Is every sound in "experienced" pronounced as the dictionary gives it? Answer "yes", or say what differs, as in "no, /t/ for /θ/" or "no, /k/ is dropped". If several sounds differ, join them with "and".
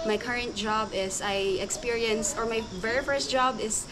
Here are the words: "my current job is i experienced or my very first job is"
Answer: no, /t/ is dropped